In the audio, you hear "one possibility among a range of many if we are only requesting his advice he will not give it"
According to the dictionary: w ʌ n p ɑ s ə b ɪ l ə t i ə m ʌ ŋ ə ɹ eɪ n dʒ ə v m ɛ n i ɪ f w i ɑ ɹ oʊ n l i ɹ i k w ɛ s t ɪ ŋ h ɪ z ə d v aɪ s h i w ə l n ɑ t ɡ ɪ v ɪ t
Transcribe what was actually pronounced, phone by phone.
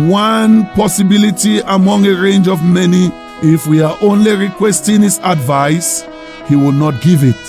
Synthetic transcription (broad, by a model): w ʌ n p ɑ s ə b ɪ l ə t i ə m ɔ ŋ ə ɹ eɪ n dʒ ə v m ɛ n i ɪ f w i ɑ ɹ oʊ n l i ɹ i k w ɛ s t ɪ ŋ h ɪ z ə d v aɪ s h i w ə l n ɑ t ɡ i v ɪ t